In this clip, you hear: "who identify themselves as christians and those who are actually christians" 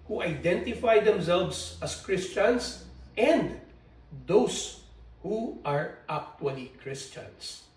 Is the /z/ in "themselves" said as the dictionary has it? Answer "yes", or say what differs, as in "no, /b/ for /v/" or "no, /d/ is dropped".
no, /s/ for /z/